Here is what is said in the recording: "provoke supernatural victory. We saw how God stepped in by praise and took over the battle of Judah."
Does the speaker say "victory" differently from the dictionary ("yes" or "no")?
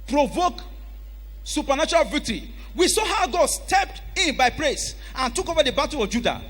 yes